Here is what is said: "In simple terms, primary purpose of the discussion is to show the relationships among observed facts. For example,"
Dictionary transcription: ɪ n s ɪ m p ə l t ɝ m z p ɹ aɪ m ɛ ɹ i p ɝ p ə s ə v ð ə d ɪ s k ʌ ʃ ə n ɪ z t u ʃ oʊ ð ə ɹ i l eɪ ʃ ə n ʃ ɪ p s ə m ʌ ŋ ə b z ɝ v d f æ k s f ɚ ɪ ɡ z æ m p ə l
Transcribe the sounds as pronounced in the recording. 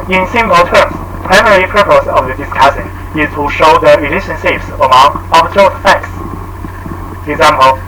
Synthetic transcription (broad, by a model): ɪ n s ɪ m p ə l t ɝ m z p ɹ aɪ m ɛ ɹ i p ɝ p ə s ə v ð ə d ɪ s k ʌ s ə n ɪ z t u ʃ oʊ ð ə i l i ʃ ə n s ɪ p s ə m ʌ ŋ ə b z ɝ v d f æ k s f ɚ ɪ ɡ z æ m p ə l